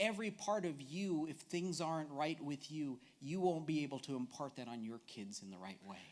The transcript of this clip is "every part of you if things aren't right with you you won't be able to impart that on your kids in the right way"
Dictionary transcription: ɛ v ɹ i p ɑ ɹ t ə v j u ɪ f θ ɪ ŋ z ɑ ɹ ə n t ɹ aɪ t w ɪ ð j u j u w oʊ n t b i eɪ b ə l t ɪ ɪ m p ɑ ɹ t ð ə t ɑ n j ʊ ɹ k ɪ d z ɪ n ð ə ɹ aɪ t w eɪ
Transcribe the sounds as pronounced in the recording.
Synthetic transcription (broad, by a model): ɛ v ɹ i p ɑ ɹ t ə v j u ɪ f θ ɪ ŋ z ɑ ɹ ə n t ɹ aɪ t w ɪ ð j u j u w oʊ n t b i eɪ b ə l t ɪ ɪ m p ɑ ɹ t ð ə t n j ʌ ɹ k ɪ d z ɪ n ð ə ɹ aɪ t w eɪ